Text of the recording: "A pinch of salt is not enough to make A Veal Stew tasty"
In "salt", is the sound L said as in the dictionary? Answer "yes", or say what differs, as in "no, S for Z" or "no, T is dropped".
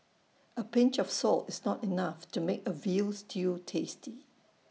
yes